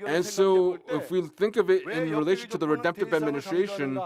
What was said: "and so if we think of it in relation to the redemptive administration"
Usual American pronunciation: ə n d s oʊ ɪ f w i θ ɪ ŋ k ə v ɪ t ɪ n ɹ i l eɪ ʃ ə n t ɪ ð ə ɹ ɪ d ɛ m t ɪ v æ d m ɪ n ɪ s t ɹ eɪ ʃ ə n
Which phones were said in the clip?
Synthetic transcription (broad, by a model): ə n s oʊ ɪ f w i θ ɪ ŋ k ə v ɪ t ɪ n ɹ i l eɪ ʃ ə n t ɪ ð ə ɹ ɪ d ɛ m t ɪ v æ d m ɪ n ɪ s t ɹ eɪ ʃ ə n